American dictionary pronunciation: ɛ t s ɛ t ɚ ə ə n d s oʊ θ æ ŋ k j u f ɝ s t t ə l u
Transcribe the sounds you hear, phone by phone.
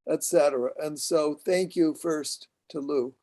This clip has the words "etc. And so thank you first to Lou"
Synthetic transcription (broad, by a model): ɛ t s ɛ t ɚ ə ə n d s oʊ θ æ ŋ k j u f ɝ s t t ə l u